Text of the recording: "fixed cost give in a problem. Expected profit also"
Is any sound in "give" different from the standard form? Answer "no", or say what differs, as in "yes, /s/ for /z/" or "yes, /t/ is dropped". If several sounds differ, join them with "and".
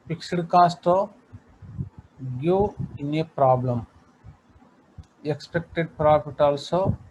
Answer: yes, /v/ is dropped